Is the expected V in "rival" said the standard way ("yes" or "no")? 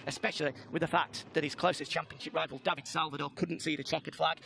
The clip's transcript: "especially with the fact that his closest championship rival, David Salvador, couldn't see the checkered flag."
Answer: yes